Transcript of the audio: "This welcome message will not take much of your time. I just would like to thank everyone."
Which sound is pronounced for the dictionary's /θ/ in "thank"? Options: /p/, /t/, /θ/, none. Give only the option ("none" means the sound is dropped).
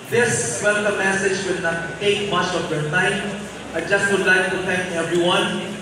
/t/